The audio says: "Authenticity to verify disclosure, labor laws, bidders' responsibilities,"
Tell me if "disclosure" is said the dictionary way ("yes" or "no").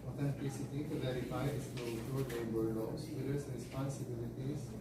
no